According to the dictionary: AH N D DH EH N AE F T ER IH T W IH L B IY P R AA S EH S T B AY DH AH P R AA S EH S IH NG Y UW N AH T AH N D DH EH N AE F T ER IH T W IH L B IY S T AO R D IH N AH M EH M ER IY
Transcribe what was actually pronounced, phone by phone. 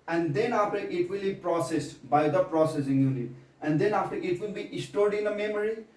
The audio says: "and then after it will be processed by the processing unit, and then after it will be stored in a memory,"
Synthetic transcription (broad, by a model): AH N D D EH N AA F T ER IH T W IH L B IY P R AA S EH S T B AY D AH P R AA S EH S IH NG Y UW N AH AH N D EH N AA F T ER IH T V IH L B IY S T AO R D IH N AH M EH M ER IY